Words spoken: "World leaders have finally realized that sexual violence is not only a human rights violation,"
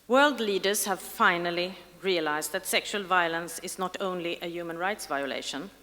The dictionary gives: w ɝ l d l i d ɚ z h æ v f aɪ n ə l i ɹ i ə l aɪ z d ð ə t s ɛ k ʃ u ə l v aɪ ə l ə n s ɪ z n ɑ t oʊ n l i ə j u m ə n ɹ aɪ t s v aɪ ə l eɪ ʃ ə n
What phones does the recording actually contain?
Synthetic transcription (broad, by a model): w ɝ l d l i d ɚ z h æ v f aɪ n ə l i ɹ i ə l aɪ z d ð ə t s ɛ k ʃ u ə l v aɪ ə l ə n s ɪ z n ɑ t oʊ n l i ə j u m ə n ɹ aɪ t s v aɪ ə l eɪ ʃ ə n